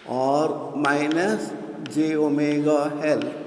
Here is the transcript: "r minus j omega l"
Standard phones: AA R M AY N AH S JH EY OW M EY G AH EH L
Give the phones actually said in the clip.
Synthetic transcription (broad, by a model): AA R M AY N AH S JH EY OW M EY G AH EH L